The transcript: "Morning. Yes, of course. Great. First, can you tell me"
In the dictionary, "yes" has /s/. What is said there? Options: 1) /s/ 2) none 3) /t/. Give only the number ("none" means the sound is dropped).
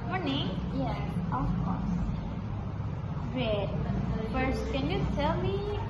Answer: 2